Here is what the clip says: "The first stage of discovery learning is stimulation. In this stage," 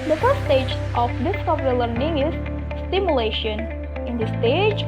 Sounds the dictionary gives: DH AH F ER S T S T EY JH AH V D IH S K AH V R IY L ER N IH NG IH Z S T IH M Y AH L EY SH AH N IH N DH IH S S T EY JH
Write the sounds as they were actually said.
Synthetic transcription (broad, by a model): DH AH F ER T S T EY JH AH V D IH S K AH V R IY L ER N IH NG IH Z S T IH M Y AH L EY SH AH N IH N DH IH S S T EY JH